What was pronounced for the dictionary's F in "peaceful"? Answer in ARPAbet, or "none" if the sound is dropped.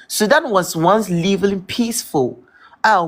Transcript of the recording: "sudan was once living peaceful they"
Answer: F